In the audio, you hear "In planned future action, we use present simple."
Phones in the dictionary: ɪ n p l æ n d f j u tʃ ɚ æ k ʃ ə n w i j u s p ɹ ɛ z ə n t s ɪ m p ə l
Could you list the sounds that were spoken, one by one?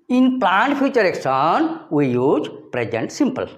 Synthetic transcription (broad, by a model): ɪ n p l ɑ n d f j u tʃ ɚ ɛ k s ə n w i j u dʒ p ɹ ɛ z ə n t s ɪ m p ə l